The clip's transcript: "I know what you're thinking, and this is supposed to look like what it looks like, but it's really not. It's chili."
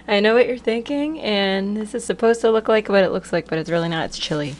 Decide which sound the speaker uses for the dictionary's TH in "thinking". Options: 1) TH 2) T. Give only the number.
1